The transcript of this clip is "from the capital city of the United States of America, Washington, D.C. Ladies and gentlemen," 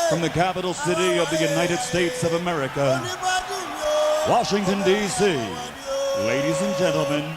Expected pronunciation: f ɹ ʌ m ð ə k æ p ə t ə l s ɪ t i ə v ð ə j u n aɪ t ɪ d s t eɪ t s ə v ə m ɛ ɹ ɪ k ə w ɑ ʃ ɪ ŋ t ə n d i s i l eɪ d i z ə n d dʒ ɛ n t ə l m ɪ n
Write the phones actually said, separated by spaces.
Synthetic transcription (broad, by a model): f ɹ ʌ m ð ə k æ p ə t l s ɪ t i ə v ð ə j u n aɪ t ɪ d s t eɪ t s ə v ə m ɛ ɹ ɪ k ə w ɑ ʃ ɪ ŋ t ə n d i s i l eɪ d i z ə n dʒ ɛ n t l m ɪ n